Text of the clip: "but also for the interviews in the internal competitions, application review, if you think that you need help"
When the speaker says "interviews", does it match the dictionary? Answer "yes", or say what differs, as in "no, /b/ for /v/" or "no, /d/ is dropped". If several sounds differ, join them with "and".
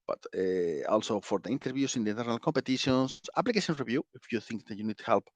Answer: no, /s/ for /z/